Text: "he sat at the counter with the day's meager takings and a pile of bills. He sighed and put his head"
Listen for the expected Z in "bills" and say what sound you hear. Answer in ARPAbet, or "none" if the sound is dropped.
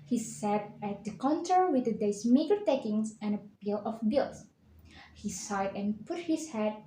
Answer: none